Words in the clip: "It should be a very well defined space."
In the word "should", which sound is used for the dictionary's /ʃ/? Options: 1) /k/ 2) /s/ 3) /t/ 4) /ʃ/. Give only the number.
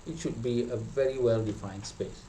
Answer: 4